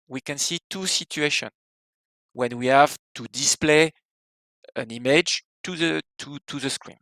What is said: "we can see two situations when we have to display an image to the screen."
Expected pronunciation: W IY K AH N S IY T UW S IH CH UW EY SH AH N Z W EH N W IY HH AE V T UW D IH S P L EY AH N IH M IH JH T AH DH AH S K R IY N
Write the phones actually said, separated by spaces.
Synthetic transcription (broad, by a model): W IY K AH N S IY T UW S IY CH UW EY SH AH N W EH N W IY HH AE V T UW D IH S P L EY AH N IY M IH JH T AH DH AH S K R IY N